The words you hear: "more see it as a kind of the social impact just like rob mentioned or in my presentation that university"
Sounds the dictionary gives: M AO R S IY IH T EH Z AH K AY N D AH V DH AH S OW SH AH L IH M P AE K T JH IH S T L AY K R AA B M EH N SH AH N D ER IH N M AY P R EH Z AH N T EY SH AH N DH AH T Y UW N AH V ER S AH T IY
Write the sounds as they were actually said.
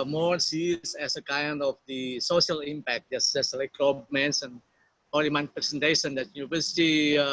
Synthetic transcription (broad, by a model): M AO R S IY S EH S AH K AY N D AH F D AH S OW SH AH L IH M P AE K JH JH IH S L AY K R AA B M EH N S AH N AO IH M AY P R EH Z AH N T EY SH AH N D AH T Y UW N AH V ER S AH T IY